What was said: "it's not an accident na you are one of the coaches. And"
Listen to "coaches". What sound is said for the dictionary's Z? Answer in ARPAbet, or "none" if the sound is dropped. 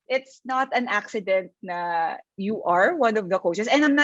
S